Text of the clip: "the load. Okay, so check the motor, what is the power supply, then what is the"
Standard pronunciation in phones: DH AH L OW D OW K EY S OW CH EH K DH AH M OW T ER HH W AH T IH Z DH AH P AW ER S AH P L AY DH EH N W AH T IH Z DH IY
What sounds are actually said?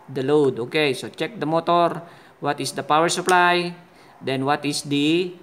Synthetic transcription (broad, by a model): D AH L OW D OW K EY S OW CH EH K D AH M OW T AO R W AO T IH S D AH P AW ER S AH P L AY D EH N W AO T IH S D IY